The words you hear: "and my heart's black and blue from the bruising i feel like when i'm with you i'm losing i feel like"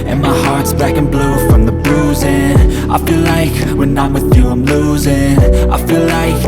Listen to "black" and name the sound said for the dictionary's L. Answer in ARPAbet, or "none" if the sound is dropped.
none